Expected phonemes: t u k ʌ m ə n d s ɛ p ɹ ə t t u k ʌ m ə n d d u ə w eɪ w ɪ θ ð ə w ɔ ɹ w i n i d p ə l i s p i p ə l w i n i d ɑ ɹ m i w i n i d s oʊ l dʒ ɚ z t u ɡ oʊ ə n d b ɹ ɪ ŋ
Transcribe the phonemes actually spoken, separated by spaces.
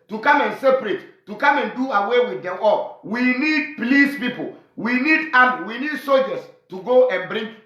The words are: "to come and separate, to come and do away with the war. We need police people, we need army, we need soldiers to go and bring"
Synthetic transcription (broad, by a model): t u k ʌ m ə n s ɛ p ɹ ə t t u k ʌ m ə n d d u ə w eɪ w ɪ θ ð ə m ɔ l w i n i d p l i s p i p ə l w i n i d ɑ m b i w i n i d s oʊ l dʒ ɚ s t u ɡ oʊ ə n b ɹ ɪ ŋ